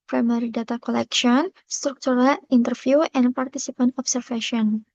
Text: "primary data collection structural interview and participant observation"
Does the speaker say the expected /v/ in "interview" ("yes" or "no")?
no